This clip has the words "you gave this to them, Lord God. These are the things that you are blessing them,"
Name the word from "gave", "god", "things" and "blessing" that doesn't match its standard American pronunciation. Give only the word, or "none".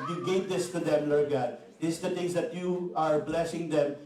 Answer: things